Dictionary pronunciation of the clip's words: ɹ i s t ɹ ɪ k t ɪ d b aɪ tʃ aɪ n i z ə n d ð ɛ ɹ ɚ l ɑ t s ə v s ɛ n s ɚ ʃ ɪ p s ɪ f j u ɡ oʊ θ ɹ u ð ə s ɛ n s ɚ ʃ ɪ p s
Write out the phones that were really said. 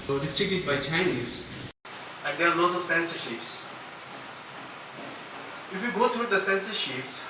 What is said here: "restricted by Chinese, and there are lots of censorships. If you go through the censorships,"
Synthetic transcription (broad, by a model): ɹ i s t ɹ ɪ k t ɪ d b aɪ tʃ aɪ n i z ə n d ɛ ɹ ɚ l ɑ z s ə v s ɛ n s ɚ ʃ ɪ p s ɪ f j u ɡ oʊ t ɹ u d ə s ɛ n s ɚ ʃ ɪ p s